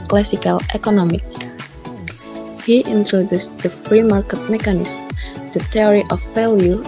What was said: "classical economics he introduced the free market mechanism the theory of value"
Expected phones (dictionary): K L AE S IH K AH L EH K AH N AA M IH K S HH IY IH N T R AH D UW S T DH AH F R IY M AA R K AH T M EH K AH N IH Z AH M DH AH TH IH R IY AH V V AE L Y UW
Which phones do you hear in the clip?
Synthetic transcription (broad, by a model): K L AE S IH K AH L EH K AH N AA M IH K HH IY IH N T R AH D UW S T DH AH F R IY M AA R K AH T M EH K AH N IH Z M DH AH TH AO R IY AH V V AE L Y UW